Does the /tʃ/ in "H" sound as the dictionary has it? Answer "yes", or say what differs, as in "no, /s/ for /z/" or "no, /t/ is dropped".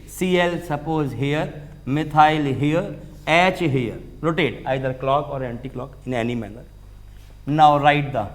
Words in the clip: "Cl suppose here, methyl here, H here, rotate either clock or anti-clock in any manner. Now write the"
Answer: yes